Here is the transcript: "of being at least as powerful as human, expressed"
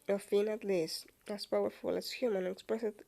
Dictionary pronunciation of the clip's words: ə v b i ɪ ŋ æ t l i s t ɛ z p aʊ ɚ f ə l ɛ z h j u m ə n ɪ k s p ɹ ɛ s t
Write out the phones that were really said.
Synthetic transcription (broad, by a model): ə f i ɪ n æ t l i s ɛ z p aʊ ɚ f ə l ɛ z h j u m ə n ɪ k s p ɹ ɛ s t